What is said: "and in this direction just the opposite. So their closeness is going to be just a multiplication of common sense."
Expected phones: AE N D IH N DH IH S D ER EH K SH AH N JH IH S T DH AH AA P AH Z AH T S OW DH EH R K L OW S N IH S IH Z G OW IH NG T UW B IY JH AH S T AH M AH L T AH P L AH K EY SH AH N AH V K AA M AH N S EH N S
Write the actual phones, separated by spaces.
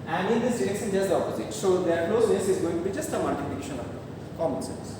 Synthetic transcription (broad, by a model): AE N D IH N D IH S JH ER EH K S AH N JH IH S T AA P AH Z AH T S OW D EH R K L OW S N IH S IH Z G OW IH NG T UW B IY JH AH S T AH M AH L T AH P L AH K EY SH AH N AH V K AA M AH N S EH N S